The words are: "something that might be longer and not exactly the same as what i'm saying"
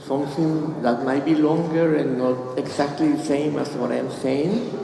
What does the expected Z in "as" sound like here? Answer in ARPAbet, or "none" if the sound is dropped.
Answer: S